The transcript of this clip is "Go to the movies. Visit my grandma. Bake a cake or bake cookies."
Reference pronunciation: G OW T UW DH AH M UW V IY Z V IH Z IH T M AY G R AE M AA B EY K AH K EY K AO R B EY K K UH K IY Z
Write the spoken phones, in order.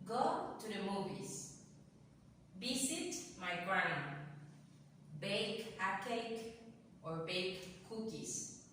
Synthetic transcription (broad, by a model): G OW T UW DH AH M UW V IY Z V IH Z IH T M AY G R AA AA B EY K AH K EY K AO R B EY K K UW K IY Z